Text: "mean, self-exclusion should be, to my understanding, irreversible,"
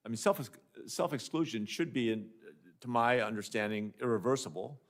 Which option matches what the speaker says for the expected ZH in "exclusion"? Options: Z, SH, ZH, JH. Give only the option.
ZH